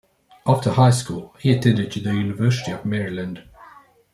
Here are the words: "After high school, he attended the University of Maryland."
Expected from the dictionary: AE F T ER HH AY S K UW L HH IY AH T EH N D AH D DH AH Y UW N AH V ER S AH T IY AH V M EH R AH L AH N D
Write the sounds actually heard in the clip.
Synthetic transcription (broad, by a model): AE F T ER HH AY S K UW L HH IY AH T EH N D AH D DH AH Y UW N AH V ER S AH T IY AH V M EH R AH L AH N D